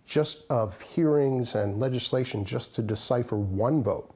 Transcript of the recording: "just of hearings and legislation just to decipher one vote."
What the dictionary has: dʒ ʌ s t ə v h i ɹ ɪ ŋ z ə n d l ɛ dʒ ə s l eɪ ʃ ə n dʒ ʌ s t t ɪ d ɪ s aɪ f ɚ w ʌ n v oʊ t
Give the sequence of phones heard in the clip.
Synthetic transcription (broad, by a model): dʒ ʌ s t ə v h i ɹ ɪ ŋ z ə n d l ɛ dʒ ə s l eɪ ʃ ə n dʒ ʌ s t t ɪ d ɪ s aɪ f ɚ w ʌ n v oʊ t